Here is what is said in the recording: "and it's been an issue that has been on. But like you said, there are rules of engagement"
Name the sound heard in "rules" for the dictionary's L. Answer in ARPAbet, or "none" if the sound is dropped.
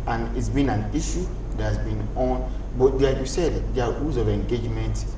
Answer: none